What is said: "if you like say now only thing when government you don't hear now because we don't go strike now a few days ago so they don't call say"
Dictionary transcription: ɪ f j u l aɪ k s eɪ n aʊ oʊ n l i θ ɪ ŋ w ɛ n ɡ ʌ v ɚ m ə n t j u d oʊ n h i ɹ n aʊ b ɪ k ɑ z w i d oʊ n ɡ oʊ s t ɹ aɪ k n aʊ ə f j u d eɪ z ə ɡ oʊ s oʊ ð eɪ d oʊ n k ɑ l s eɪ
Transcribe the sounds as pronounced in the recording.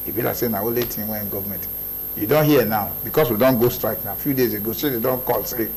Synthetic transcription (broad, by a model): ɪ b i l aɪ s eɪ n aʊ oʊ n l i t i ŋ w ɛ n ɡ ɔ v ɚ m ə n t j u d oʊ n h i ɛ n aʊ b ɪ k ɑ s w i d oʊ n ɡ oʊ s t ɹ aɪ k n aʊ ə f j u d eɪ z ə ɡ oʊ s oʊ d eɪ d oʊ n k ɑ l s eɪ